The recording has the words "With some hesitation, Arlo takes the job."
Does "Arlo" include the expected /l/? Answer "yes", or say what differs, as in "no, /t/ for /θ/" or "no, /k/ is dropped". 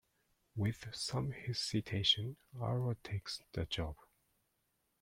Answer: no, /l/ is dropped